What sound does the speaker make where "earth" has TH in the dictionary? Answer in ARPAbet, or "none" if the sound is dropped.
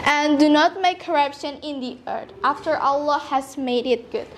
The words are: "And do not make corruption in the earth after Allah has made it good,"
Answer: T